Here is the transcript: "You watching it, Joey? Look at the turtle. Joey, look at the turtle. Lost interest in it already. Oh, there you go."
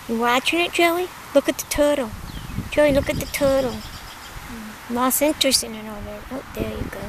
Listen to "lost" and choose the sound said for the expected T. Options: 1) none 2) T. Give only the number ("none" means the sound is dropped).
1